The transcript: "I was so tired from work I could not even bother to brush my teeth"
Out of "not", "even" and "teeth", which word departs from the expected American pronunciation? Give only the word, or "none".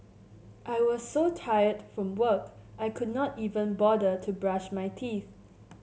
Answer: none